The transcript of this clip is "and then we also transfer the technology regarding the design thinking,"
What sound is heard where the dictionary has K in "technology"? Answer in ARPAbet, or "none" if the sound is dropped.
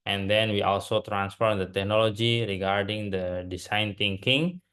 K